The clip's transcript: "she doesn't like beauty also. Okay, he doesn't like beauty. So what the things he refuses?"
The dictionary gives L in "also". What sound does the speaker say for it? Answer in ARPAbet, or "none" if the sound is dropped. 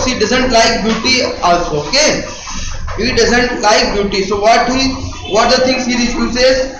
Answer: none